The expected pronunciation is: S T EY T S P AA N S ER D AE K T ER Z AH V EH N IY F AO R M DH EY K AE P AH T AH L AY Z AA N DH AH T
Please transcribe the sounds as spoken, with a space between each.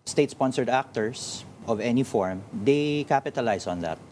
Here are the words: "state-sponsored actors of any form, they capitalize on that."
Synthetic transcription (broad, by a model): S T EY T S P AA N S ER D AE K T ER S AH V EH N IY F AO R M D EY K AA P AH T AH L AY S AA N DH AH T